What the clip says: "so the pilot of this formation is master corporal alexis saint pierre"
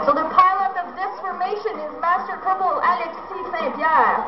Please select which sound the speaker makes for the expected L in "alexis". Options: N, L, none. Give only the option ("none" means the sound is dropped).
none